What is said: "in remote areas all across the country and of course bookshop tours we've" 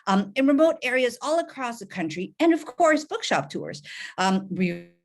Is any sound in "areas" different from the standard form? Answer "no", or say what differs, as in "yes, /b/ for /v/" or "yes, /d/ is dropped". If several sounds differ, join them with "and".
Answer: no